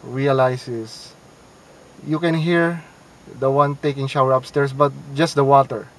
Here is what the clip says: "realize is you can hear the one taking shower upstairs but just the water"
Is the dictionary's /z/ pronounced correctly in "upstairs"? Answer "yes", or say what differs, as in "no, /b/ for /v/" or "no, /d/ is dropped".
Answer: no, /s/ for /z/